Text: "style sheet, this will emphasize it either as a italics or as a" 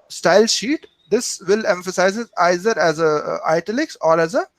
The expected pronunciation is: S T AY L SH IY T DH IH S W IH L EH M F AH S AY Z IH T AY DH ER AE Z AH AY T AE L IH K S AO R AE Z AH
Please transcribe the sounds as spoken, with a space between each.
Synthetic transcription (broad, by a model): S T AY L SH IY T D IH S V IH L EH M F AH S AY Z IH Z AY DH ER AE Z AH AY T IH L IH K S AO R AE Z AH